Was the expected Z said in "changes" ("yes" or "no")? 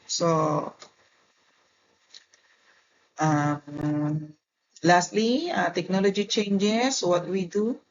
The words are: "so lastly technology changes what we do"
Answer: no